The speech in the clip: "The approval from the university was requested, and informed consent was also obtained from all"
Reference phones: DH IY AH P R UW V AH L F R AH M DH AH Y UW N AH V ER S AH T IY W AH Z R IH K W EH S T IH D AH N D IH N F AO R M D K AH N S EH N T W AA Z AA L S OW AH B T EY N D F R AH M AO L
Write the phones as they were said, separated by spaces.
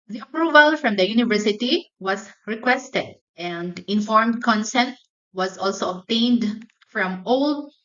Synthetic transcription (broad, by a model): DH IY AH P R UW V AH L F R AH M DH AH Y UW N AH V ER S AH T IY W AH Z R IH K W EH S T IH D AH N D IH N F AO R M D K AH N S EH N T W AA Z AA L S OW AH B T EY N D F R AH M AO L